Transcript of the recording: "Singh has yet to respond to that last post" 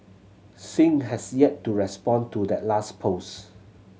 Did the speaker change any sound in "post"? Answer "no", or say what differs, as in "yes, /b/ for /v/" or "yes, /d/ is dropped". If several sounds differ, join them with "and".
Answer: yes, /t/ is dropped